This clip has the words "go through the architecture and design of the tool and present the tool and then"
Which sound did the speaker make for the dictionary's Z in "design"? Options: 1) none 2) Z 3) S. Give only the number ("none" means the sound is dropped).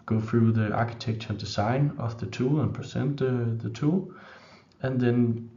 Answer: 3